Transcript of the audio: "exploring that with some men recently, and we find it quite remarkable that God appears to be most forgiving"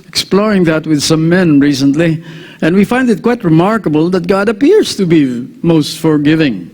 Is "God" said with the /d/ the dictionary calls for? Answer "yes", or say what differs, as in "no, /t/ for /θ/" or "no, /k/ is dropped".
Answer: yes